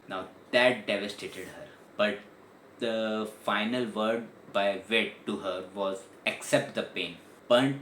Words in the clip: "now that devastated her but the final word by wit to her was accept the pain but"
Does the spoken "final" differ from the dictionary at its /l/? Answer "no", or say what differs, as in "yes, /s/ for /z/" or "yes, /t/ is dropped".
no